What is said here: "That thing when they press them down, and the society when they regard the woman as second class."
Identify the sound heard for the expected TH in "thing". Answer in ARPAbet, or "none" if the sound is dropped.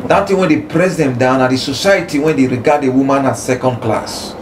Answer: T